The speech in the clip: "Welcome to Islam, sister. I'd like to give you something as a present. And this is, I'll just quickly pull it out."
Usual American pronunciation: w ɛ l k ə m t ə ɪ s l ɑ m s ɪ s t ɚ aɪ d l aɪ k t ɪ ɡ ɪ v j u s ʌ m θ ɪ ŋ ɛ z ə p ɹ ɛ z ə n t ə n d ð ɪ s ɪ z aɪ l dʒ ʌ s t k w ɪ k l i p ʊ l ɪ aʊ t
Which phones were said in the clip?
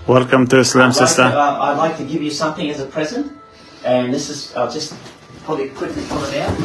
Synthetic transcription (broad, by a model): w ɛ l k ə m t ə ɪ s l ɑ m s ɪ s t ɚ aɪ d l aɪ k t ɪ ɡ ɪ v j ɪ s ʌ m θ ɪ ŋ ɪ z ə p ɹ ɛ z ə n t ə n ð ɪ s ɪ z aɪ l dʒ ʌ s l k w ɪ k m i f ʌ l ɪ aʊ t